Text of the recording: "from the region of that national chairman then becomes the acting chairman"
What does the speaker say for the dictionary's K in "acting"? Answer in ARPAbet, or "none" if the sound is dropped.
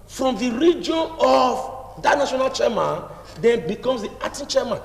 none